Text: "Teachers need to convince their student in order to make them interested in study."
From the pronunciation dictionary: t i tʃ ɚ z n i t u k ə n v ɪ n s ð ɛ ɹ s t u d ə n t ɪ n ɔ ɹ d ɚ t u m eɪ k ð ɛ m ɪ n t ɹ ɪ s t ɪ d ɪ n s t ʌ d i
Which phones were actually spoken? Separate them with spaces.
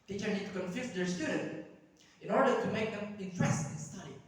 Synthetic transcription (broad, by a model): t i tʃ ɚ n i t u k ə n f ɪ s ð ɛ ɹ s t u d ə n t ɪ n ɔ ɹ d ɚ t u m eɪ k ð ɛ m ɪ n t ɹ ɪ s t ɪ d ɪ n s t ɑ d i